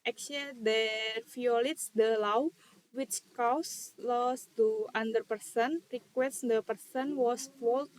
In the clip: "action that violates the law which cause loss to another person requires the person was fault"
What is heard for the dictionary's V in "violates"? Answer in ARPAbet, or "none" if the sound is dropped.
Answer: F